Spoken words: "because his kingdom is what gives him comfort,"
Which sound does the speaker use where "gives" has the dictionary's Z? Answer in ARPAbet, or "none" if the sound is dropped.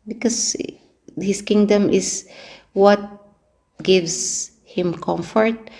S